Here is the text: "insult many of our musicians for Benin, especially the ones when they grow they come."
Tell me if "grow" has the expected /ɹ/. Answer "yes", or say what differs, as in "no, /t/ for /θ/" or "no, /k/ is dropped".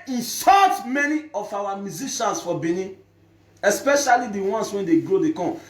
yes